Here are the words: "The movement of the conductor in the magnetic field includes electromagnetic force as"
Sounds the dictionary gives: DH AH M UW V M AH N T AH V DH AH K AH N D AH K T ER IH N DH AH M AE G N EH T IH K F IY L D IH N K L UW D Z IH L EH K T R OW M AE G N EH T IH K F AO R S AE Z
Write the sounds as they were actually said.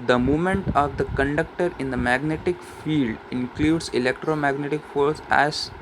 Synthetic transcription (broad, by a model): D AH M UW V M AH N T AH V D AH K AH N D AH K T ER IH N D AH M AE G N EH T IH K F IY L D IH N K L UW D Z IH L EH K T R OW M AE G N EH T IH K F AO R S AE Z